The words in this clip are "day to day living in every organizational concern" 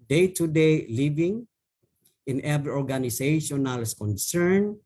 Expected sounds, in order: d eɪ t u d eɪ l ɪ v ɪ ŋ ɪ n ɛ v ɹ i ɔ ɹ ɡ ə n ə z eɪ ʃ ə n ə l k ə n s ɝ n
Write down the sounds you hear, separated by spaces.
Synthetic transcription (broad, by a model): d eɪ t u d eɪ l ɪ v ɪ ŋ ɪ n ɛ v ɹ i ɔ ɹ ɡ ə n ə s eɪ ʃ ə n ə l k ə n s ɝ n